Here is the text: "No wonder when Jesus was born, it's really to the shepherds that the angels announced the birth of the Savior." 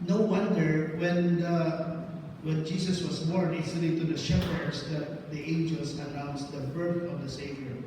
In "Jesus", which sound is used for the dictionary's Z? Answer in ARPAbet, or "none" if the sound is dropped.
S